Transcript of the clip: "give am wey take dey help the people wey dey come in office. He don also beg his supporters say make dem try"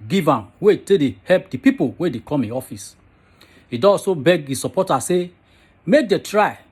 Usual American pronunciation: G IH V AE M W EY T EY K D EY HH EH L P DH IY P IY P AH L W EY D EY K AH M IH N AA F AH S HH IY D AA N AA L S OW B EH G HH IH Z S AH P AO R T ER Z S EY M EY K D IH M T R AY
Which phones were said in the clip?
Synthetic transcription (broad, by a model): G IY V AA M W EY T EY D EY HH EH L P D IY P IY P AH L W EY D EY K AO M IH AA F AH S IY D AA AA S OW B EH G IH S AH P AO T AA S EY M EY K D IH T R AY